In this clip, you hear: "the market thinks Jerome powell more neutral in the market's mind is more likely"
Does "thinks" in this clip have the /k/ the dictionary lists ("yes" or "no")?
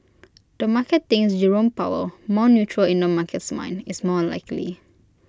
no